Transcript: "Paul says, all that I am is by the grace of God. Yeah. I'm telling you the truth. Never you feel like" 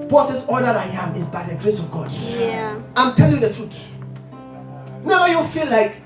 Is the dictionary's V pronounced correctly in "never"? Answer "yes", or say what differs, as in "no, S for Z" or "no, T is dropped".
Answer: no, V is dropped